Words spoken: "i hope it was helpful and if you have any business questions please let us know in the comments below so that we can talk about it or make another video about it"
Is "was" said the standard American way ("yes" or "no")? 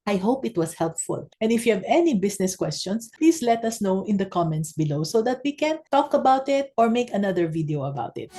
no